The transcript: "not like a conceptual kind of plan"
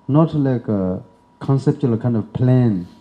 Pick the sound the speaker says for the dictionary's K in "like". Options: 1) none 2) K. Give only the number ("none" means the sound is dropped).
2